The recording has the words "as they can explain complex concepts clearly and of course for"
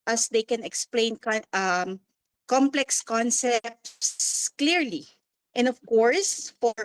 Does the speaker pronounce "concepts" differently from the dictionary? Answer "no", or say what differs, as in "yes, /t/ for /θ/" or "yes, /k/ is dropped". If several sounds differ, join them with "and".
no